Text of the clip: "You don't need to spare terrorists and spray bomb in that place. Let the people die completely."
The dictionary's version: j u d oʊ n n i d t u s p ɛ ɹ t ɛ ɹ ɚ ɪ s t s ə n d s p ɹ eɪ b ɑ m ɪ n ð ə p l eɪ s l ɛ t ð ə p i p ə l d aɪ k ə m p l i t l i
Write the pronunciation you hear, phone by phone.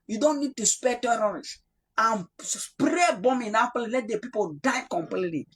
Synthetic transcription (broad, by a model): j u d oʊ n n i d t u s p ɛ t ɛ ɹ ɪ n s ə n s p ɹ eɪ b ɑ m ɪ n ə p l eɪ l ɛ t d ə p i p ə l d aɪ k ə m p l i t l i